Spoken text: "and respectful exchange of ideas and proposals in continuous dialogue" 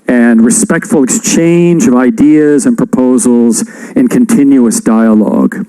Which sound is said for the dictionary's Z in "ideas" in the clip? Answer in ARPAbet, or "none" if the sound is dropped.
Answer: Z